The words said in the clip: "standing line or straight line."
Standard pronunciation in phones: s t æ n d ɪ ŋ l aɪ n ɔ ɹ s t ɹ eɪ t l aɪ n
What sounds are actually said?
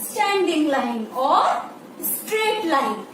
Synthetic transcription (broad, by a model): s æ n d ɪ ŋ l aɪ n ɔ ɹ s t ɹ eɪ t l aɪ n